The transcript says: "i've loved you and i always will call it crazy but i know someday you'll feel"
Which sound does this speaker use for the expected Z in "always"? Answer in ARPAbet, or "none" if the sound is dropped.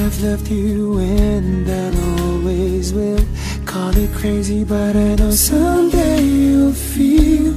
Z